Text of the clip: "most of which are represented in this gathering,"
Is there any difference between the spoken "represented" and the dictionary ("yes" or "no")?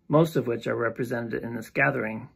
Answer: no